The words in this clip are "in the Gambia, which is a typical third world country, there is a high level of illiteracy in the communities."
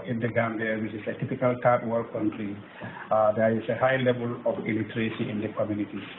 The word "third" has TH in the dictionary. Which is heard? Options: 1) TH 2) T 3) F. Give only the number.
2